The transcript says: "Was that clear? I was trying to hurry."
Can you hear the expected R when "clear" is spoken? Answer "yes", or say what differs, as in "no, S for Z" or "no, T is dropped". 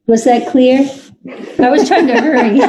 yes